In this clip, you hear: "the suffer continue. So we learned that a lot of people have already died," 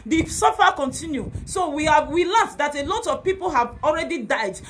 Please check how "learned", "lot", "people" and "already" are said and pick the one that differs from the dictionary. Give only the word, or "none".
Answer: learned